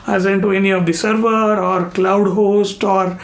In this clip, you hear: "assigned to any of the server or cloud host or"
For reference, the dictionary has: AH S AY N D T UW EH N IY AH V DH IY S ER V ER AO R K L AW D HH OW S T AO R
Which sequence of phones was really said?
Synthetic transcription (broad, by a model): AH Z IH N T UW EH N IY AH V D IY S ER V ER AO R K L AW D HH OW S T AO R